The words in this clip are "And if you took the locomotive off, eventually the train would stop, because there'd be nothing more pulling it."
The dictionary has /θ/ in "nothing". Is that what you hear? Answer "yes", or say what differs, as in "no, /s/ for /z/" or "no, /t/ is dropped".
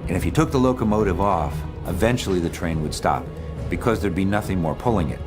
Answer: yes